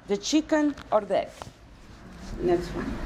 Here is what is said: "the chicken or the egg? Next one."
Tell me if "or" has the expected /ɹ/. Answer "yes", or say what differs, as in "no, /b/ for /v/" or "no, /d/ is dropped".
yes